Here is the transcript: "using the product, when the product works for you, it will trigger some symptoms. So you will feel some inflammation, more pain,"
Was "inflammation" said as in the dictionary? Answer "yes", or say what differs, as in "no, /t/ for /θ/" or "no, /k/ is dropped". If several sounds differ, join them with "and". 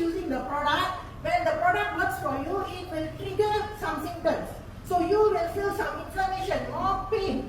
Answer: no, /l/ is dropped